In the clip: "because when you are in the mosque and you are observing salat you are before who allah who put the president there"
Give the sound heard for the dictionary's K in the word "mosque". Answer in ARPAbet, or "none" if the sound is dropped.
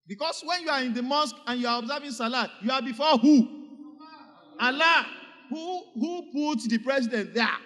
K